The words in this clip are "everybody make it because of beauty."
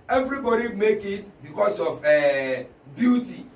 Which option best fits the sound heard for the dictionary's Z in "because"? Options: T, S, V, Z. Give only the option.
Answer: S